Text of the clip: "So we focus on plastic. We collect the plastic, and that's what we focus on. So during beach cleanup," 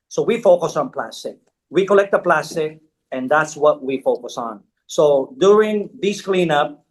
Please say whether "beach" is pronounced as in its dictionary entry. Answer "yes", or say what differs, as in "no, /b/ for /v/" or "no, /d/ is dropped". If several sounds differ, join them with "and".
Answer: no, /s/ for /tʃ/